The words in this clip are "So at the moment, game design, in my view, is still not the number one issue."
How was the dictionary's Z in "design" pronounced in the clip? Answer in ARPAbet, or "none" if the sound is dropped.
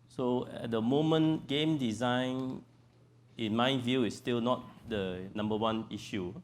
Z